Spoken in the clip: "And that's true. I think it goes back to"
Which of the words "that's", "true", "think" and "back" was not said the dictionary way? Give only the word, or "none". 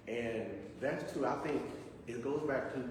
true